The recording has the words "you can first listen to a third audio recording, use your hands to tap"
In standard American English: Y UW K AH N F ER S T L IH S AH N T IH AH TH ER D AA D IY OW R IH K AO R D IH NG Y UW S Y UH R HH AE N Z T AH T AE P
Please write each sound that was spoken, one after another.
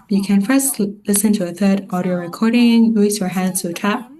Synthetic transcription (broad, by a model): Y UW K AH N F ER S T L IH S AH N T IH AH TH ER D AA D IY OW R IH K AO R D IH NG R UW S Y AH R HH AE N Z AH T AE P